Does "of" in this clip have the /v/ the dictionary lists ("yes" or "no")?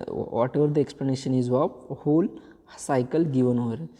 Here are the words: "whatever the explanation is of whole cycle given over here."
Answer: no